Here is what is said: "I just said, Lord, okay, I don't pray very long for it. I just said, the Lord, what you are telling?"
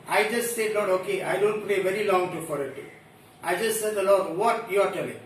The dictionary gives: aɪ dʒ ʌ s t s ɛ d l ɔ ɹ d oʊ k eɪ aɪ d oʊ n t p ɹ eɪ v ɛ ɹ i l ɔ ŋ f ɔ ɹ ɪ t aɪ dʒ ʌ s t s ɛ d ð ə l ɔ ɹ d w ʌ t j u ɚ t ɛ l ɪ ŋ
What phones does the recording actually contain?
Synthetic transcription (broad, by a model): aɪ dʒ ʌ s t s ɛ d n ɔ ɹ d oʊ k eɪ aɪ d oʊ n t p l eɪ v ɛ ɹ i l ɔ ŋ f ɔ ɹ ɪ t aɪ dʒ ʌ s t s ɛ d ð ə l ɔ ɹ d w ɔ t j u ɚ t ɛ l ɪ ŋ